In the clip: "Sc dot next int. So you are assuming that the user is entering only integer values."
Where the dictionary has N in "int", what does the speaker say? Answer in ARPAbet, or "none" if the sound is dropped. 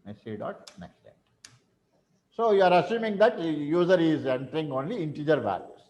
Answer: none